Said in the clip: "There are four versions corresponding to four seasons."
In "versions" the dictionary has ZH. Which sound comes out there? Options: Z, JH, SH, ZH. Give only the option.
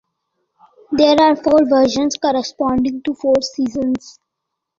SH